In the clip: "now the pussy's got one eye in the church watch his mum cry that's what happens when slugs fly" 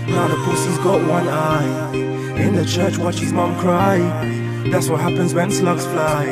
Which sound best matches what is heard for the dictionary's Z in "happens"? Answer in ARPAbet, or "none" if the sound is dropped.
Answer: Z